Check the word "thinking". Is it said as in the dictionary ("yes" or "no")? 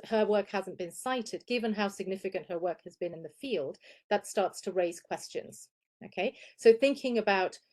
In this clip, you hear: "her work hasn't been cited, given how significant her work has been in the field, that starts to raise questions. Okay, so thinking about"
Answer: yes